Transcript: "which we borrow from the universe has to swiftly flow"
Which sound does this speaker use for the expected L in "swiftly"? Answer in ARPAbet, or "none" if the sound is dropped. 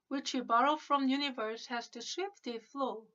none